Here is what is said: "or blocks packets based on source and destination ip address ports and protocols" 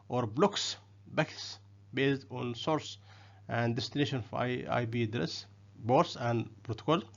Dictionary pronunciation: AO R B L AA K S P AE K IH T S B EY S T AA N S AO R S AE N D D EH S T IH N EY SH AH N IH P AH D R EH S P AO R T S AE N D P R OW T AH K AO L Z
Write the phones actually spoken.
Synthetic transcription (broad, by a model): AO R B L AA K S B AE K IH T S B EY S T AA N S AO R S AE N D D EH S T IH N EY SH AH N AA B AH D R EH S B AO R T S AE N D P R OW T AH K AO L